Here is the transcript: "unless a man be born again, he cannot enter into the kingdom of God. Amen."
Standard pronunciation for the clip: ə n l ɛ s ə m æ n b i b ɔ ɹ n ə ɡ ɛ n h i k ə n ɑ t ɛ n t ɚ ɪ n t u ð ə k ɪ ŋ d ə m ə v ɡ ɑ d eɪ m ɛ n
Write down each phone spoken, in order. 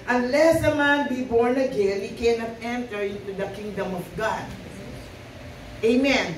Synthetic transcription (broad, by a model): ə n l ɛ s ə m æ n b i b ɔ ɹ n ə ɡ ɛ l h i k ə n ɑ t ɛ n t ɚ ɪ n t u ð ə k ɪ ŋ d ə m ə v ɡ ɑ d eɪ m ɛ n